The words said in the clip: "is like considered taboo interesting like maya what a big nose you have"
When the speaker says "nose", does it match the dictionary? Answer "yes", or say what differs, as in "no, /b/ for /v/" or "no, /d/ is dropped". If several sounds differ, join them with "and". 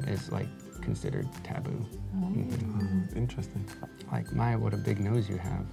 yes